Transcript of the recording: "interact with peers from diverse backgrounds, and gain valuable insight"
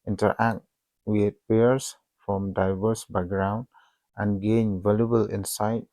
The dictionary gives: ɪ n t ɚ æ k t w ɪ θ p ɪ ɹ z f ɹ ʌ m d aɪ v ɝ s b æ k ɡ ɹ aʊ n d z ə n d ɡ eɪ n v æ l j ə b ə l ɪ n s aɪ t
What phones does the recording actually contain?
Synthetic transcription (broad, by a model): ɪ n t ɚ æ k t w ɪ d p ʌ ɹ s f ɹ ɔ m d aɪ v ɝ s b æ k ɡ ɹ aʊ n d ə n ɡ eɪ n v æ l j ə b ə l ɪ n s aɪ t